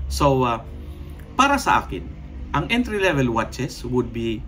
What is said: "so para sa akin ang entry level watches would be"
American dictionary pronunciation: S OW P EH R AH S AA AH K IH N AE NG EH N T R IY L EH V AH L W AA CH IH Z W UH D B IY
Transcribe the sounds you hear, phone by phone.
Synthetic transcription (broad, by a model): S OW P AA R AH S AA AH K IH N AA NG EH N T R IY L EH V AH L W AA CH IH S W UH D B IY